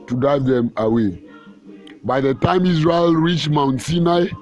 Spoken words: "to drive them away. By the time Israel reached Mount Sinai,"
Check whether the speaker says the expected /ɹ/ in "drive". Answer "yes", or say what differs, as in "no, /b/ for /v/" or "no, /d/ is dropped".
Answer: no, /ɹ/ is dropped